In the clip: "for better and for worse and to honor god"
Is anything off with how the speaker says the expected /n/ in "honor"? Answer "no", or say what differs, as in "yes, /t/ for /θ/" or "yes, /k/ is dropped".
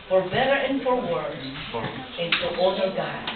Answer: yes, /n/ is dropped